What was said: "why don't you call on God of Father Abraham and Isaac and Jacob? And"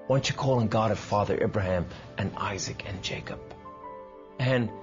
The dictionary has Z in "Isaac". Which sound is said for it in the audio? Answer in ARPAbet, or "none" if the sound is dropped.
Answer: Z